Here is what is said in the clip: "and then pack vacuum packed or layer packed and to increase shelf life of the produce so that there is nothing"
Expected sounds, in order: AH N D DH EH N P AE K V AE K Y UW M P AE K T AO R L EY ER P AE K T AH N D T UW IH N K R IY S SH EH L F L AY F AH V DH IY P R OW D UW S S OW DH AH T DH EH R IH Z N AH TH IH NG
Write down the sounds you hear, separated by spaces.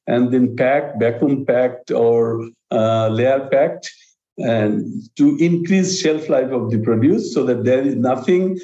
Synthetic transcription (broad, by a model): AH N D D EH N P AE K B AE K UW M P AE K T AO R L EY ER P AE K T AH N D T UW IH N K R IY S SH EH L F L AY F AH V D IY P R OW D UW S S OW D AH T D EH R IH Z N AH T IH NG